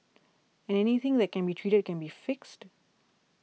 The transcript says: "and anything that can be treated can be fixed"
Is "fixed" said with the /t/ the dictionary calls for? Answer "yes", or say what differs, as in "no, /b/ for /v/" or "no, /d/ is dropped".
yes